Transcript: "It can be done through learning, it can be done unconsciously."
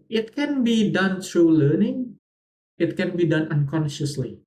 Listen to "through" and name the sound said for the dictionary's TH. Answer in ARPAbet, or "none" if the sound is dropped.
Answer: T